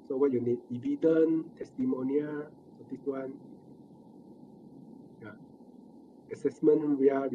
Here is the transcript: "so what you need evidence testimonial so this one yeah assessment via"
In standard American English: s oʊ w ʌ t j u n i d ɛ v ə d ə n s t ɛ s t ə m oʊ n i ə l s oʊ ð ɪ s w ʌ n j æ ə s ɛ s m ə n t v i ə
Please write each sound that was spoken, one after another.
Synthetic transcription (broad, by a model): s oʊ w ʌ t j u n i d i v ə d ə n t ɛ s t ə m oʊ n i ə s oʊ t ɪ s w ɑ n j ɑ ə s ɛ s m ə n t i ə